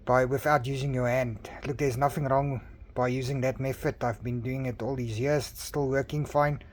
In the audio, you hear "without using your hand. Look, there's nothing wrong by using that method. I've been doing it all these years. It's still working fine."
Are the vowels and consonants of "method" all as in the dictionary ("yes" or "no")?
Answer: no